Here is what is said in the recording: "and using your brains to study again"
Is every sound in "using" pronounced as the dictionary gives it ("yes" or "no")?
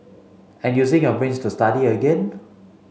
no